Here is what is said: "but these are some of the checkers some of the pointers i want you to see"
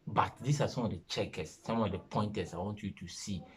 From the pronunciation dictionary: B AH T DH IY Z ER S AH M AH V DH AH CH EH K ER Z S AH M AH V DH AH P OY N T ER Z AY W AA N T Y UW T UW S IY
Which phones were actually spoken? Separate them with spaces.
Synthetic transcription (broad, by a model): B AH T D IY S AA S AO M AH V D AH CH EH K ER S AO M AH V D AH P OY N T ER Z AY W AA N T Y UW T UW S IY